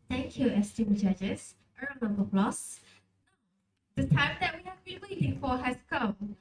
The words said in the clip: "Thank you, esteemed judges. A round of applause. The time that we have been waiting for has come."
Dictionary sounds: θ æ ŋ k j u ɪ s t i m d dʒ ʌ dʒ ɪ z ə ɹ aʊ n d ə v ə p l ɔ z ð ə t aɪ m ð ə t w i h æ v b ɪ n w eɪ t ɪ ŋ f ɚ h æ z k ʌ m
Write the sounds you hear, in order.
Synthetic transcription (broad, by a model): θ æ ŋ k j u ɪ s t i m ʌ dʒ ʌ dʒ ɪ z ə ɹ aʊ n ə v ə b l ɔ s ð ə t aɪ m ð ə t w i h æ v b ɪ n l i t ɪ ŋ f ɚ h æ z k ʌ m